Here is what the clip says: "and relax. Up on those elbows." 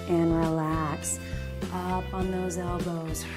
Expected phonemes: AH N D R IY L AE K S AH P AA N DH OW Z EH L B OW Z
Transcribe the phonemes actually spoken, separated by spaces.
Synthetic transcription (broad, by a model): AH N R IY L AE K S AH P N DH OW Z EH L B OW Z